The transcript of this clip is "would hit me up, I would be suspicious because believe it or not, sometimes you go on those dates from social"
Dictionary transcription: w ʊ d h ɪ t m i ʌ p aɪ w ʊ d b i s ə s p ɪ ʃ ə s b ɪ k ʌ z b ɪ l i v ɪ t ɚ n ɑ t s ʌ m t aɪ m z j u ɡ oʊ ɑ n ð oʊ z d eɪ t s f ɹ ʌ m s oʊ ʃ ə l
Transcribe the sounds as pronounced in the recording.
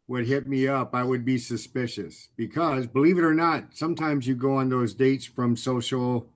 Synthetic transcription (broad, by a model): w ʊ d h ɪ t m i ʌ p aɪ w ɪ d b i s ə s p ɪ ʃ ə s b ɪ k ʌ z b ɪ l i v ɪ t ɚ n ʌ t s ʌ m t aɪ m z j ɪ ɡ oʊ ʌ n ð oʊ z d eɪ t s f ɹ ʌ m s oʊ ʃ l